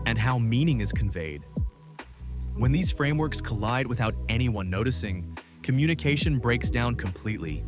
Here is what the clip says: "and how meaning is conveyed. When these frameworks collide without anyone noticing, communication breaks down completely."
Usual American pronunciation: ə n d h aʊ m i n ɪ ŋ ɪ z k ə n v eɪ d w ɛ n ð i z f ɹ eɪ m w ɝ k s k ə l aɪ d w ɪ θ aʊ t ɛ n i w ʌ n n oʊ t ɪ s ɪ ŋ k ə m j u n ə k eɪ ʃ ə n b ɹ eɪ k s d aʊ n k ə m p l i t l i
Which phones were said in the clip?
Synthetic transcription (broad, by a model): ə n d h aʊ m i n ɪ ŋ ɪ z k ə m v eɪ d w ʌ n ð i z f ɹ eɪ m w ɝ k s k ə l aɪ d w ɪ θ aʊ t ɛ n i w ʌ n n oʊ t ɪ s ɪ ŋ k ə m j u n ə k eɪ ʃ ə n b ɹ eɪ k s d aʊ n k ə m p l i t l i